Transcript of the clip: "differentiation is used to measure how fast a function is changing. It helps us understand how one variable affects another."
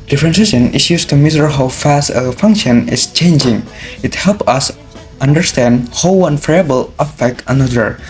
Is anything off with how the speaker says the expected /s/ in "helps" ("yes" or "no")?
yes